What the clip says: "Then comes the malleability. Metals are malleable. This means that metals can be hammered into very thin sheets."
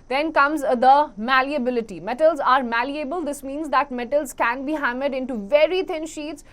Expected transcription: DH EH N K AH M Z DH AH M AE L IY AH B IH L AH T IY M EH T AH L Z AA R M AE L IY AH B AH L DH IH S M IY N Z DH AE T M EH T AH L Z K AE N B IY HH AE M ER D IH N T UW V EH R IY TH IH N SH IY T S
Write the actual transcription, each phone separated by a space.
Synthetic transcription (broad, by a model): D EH N K AH M Z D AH M AE L IY AH B IH L AH T IY M EH T AH L Z AA R M AE L IY AH B AH L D IH S M IY N Z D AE T M EH T AH L Z K AE N B IY HH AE M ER D IH N T UW V EH R IY T IH N SH IY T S